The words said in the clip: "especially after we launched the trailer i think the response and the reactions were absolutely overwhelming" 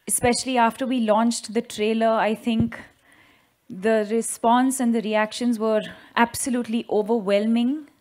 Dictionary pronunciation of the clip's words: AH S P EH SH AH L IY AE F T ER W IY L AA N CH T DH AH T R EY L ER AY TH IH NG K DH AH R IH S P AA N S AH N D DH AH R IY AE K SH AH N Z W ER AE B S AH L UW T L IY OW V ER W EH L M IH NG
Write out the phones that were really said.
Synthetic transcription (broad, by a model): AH S P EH SH AH L IY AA F T ER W IY L AA N CH T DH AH T R EY L ER AY T IH NG K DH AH R IH S P AA N S AH N D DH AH R IY AE K SH AH N Z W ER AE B S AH L UW T L IY OW V ER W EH L M IH NG